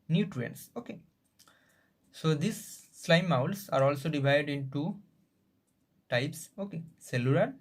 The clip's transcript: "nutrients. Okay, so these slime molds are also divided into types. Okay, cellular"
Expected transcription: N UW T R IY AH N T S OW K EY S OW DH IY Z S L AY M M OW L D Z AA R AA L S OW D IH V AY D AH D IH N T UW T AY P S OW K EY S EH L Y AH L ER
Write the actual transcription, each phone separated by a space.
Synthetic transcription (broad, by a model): N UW T R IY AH N S OW K EY S OW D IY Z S L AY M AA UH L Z AA R AA L S OW D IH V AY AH D IH N T UW T AY P S OW K EY S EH L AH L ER